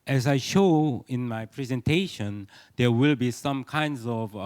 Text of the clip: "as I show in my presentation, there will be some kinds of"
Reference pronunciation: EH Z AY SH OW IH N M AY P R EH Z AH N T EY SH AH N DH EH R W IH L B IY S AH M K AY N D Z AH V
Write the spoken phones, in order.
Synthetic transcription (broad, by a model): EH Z AY SH OW IH N M AY P R EH Z AH N T EY SH AH N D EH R W IH L B IY S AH M K AY N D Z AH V